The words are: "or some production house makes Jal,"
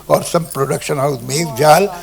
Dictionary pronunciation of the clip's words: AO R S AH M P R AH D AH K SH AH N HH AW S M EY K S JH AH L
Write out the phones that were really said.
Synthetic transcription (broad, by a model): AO R S AH M P R AH D AH K SH AH N HH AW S M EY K JH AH L